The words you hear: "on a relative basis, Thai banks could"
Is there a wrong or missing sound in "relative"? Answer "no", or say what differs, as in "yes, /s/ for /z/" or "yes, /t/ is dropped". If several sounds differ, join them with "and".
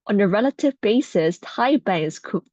no